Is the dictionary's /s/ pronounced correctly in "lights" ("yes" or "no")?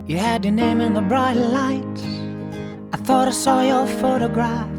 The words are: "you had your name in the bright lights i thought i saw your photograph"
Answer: no